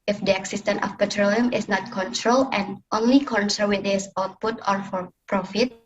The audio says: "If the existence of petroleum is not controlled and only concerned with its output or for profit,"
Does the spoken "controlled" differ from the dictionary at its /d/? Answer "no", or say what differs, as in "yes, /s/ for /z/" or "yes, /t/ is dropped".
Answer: yes, /d/ is dropped